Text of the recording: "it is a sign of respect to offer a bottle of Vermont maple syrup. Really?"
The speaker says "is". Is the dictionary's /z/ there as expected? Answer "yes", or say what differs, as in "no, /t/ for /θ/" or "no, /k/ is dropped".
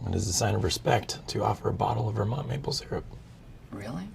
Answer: yes